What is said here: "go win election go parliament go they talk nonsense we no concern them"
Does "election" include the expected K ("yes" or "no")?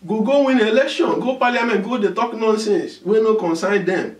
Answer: yes